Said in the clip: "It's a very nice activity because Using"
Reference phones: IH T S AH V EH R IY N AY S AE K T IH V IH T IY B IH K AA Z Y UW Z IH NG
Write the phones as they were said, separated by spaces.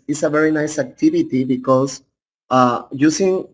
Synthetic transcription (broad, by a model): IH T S AH V EH R IY N AY S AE K T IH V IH T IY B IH K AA S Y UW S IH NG